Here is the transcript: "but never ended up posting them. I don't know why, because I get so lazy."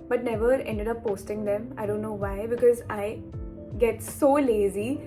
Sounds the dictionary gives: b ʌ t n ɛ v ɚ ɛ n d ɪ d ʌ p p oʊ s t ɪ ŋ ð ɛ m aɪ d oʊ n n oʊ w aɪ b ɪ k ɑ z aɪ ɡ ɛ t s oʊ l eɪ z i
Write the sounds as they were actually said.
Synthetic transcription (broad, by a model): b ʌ t n ɛ v ɚ ɛ n d ɪ d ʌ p p oʊ s t ɪ ŋ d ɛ m aɪ d oʊ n n oʊ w aɪ b ɪ k ɑ z aɪ ɡ ɛ t s oʊ l eɪ z i